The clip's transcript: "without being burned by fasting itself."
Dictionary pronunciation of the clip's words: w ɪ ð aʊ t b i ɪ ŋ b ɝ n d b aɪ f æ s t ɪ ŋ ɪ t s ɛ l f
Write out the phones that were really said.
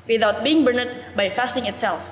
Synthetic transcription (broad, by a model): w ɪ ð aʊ t b i ɪ ŋ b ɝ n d b aɪ f æ s t ɪ ŋ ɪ t s ɛ l f